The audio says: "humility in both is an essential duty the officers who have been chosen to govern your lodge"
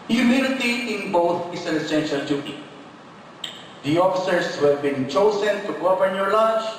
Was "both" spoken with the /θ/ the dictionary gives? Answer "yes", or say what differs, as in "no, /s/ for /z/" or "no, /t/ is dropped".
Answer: no, /t/ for /θ/